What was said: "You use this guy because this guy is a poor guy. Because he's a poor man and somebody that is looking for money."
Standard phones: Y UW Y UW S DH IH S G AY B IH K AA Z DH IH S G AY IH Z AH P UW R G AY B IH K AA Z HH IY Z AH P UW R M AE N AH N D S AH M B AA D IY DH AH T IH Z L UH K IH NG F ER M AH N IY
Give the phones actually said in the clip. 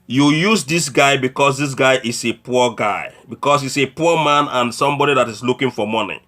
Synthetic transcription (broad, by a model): Y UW Y UW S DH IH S G AY B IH K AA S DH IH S G AY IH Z AH P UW G AY B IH K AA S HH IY S AH P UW M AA N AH N S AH M B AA D IY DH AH T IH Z L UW K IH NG F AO M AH N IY